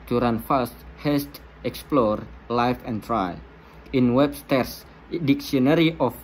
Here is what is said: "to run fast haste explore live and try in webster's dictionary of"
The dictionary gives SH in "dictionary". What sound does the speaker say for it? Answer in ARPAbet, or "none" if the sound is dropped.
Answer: S